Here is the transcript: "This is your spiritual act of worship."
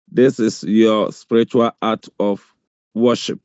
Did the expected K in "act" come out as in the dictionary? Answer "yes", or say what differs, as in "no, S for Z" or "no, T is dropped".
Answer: no, K is dropped